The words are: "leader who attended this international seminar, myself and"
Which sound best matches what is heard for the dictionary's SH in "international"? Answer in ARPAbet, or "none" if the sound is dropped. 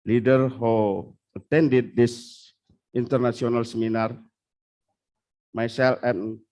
S